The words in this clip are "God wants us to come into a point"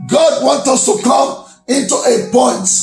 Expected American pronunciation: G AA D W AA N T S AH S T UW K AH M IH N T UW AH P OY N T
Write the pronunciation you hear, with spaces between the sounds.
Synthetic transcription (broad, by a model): G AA D W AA N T AH S T UW K AH M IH N T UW AH P OY N T